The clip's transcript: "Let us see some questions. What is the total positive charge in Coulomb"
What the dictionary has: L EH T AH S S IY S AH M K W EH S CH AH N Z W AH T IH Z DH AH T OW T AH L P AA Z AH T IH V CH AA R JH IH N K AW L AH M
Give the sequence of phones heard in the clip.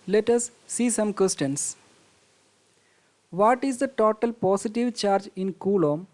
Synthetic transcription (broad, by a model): L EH T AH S S IY S AH M K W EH S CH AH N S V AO T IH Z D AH T OW T AH L P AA S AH T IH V CH AA R JH IH N K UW L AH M